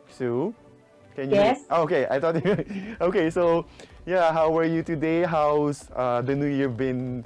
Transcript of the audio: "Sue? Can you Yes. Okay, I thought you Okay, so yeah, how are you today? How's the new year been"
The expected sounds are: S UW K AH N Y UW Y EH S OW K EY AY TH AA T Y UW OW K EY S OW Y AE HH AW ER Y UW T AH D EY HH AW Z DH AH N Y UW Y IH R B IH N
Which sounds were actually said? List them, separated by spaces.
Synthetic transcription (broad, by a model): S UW K AH N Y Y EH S OW K EY AY T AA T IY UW OW K EY S OW Y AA HH AW ER Y UW T AH D EY HH AW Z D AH N Y UW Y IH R B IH N